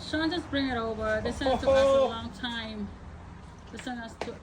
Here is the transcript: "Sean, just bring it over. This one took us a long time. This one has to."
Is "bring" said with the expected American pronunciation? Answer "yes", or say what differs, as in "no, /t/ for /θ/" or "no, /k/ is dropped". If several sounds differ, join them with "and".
yes